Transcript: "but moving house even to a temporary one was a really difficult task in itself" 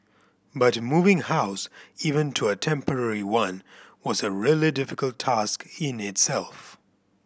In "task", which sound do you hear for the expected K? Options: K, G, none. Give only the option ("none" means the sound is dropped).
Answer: K